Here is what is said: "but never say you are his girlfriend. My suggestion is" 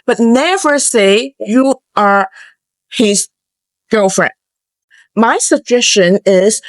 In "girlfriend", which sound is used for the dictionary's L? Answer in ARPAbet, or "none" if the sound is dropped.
none